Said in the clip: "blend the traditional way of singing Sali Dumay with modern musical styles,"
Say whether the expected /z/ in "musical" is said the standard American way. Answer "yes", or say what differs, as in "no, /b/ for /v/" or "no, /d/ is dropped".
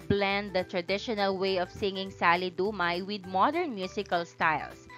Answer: no, /s/ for /z/